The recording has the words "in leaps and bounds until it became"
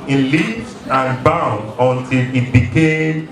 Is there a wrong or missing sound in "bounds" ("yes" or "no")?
yes